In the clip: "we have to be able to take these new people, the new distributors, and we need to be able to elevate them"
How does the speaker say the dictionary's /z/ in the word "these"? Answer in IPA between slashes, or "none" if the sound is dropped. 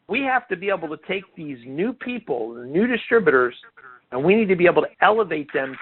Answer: /z/